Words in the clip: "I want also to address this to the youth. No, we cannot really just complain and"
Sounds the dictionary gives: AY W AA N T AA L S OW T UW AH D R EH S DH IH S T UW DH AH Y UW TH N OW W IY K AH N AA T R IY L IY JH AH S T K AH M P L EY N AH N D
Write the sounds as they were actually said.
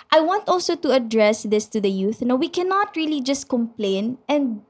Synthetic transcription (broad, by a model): AY W AA N T AA L S OW T UW AH D R EH S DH IH S T UW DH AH Y UW TH N OW W IY K AH N AA T R IY L IY JH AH S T K AH M P L EY N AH N D